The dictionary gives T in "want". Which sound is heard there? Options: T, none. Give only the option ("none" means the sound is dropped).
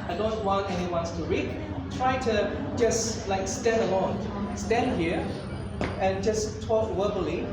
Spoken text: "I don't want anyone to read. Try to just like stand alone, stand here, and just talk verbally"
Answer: none